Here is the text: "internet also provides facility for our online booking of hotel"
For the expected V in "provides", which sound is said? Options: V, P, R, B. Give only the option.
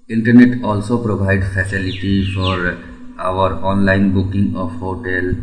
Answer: B